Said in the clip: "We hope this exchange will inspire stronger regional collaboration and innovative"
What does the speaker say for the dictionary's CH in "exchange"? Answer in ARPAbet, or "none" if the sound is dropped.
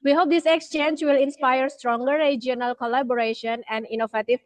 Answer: CH